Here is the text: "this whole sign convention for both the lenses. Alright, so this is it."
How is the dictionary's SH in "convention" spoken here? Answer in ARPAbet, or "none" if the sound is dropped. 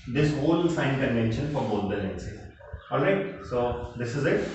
SH